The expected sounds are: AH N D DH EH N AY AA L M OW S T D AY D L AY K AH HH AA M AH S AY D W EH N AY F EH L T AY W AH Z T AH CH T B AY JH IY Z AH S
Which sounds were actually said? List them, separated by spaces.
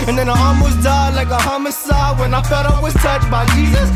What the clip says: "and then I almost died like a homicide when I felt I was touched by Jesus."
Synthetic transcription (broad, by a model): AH N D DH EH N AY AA M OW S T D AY L AY K AH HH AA M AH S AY W EH N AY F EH T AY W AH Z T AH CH B AY JH IY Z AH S